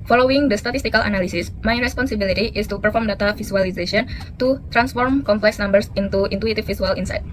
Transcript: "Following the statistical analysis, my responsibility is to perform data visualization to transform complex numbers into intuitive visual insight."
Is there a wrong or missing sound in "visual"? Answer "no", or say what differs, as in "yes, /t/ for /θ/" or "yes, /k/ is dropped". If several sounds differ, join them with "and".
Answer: yes, /s/ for /ʒ/